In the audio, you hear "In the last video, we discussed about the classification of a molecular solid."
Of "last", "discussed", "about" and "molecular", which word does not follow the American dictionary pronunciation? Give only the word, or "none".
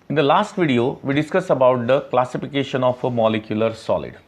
discussed